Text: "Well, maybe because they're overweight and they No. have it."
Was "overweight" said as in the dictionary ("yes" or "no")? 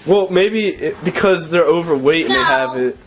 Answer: yes